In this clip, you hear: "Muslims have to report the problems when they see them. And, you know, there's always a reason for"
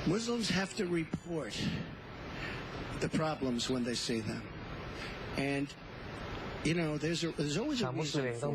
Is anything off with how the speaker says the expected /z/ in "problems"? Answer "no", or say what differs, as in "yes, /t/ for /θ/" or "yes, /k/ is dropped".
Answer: no